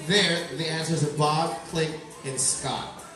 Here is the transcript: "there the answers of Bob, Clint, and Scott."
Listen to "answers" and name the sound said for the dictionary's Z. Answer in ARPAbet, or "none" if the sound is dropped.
Z